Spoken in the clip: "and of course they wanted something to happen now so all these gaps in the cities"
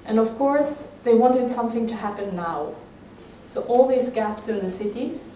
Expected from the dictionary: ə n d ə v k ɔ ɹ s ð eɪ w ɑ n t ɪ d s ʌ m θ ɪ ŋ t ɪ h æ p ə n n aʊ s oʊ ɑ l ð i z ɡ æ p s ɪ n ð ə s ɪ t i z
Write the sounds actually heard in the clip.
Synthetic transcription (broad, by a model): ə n ə v k ɔ ɹ s ð eɪ w ɑ n t ɪ d s ʌ m θ ɪ ŋ t ɪ h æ p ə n n aʊ s oʊ ɑ l ð i z ɡ æ p s ɪ n ð ə s ɪ t i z